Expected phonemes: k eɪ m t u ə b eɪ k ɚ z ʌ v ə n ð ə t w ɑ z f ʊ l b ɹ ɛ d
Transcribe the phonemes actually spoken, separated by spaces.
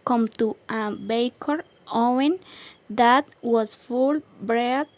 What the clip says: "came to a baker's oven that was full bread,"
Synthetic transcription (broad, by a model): k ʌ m t u ə b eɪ k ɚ ɔ ə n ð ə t w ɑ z f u l b ɹ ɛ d